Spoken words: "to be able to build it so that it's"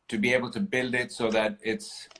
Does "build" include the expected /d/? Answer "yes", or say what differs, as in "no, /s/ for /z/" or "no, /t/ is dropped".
yes